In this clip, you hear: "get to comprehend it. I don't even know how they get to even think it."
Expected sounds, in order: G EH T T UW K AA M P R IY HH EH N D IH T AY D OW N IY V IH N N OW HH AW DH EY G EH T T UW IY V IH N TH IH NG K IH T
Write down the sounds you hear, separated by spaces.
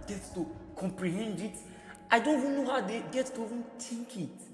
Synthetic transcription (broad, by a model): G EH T T UW K AA M P R IY HH EH N D IH T AY D OW N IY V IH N N OW HH AW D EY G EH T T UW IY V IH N T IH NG K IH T